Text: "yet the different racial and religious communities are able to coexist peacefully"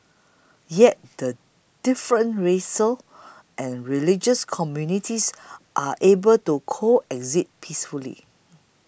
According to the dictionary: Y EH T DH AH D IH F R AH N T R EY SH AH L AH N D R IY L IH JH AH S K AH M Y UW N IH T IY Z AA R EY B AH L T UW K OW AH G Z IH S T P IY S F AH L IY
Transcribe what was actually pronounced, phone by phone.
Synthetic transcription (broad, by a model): Y EH T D AH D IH F R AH N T R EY S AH L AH N R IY L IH JH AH S K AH M Y UW N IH T IY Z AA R EY B AH L T UW K OW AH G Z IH T P IY S F AH L IY